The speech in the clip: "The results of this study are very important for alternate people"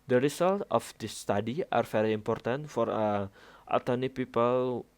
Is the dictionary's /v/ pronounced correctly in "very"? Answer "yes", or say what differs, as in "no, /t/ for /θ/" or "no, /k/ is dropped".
no, /f/ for /v/